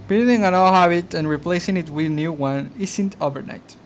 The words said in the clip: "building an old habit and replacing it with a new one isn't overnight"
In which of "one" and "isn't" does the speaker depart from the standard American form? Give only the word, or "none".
isn't